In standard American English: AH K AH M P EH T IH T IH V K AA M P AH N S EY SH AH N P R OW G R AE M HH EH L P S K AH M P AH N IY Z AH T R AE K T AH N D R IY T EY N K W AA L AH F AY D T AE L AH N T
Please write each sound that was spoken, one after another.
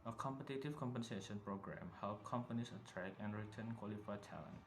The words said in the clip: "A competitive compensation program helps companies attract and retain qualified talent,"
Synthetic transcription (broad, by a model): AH K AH M P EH T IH T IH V K AA M P AH N S EY SH AH N P R OW G R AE M HH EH L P K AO M P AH N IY S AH T R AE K AH N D R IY T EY N K W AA L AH F AY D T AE L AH N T